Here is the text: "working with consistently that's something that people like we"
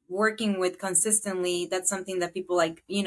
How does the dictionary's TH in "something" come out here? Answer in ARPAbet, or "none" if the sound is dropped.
TH